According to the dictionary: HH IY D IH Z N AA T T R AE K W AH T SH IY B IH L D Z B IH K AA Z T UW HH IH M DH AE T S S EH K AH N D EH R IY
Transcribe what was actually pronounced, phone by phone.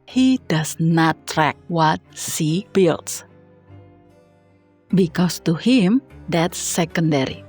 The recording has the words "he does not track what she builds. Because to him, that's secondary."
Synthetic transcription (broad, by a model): HH IY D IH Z N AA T T R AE K W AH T S IY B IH L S B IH K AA S T UW HH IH M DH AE T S S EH K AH N D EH R IY